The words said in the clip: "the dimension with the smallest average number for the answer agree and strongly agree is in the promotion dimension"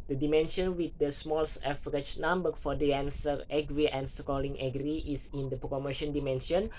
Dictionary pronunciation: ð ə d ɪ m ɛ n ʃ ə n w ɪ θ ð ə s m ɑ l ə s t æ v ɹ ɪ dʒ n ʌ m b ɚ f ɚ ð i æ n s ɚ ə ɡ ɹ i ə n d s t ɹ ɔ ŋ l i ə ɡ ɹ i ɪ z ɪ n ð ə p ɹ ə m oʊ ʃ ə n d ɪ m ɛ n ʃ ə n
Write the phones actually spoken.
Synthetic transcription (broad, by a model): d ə d ɪ m ɛ n ʃ ə n w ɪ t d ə s m ɑ l s ɛ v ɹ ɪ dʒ n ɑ m b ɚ f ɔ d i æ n s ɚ ə ɡ ɹ i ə n s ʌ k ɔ l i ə ɡ ɹ i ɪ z ɪ n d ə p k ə m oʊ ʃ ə n d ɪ m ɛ n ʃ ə n